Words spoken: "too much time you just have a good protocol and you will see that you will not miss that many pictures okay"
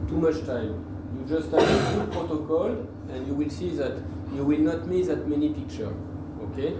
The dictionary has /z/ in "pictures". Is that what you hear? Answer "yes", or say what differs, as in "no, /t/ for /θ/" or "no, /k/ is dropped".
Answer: no, /z/ is dropped